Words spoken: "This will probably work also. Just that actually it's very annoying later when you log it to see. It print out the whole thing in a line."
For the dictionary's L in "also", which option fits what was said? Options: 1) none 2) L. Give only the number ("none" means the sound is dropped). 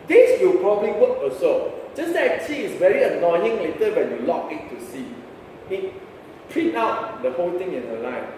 1